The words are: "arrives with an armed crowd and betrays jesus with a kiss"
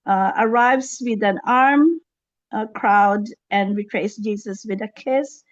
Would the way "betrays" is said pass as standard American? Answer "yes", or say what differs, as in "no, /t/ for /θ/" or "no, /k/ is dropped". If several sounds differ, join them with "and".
no, /s/ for /z/